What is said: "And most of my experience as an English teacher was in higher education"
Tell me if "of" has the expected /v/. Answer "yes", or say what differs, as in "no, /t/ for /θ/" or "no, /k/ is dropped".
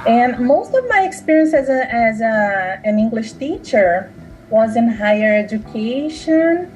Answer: yes